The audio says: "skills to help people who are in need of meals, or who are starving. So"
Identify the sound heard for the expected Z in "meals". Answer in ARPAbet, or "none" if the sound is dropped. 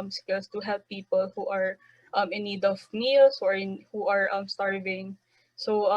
S